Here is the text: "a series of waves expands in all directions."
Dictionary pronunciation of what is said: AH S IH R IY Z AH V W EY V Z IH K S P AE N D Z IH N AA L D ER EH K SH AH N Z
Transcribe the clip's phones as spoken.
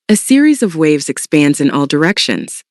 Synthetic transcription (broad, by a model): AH S IH R IY Z AH V W EY V Z IH K S P AE N D Z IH N AA L D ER EH K SH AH N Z